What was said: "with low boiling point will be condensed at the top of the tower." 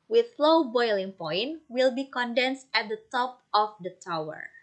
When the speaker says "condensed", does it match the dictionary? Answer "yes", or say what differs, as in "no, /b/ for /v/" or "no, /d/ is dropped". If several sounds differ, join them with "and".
yes